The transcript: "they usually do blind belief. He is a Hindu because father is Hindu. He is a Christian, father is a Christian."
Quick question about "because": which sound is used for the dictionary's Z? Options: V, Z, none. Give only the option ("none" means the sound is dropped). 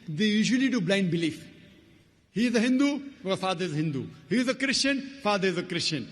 none